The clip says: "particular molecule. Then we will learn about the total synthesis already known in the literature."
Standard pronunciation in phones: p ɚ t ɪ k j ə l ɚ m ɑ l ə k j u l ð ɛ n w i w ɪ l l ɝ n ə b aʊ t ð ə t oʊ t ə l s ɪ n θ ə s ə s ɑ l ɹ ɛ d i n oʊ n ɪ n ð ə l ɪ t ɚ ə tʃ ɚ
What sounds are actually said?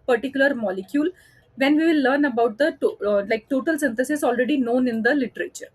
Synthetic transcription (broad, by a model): p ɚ t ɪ k j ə l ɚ m ɑ l ə k j u l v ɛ n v i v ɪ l l ɝ n ə b aʊ t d ə t oʊ t ə l s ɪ n t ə s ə s ɑ l ɹ ɛ d i n oʊ n ɪ n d ə l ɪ t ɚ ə tʃ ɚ